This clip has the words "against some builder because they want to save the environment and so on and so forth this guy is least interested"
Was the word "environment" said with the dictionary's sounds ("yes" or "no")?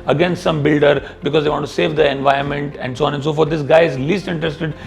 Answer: no